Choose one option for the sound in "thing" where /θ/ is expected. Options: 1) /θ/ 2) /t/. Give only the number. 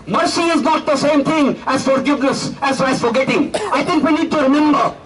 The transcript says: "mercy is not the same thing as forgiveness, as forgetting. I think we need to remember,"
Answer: 2